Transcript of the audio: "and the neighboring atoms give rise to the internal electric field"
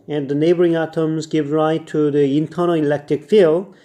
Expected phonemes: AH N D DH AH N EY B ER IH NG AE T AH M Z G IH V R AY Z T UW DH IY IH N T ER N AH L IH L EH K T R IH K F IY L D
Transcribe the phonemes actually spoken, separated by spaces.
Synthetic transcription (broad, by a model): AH N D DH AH N EY B ER IH NG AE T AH M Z G IH V R AY T UW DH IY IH N T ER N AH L IH L EH K T R IH K F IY L